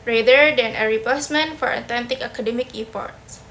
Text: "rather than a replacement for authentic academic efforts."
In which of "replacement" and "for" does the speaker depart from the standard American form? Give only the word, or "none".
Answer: replacement